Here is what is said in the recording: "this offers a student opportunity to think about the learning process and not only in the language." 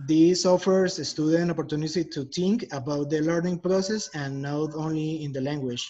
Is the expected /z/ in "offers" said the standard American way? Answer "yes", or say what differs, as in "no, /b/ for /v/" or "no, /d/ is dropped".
no, /s/ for /z/